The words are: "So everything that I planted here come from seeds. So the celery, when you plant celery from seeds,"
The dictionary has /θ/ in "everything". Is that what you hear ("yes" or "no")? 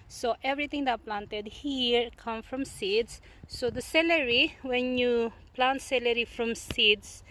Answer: no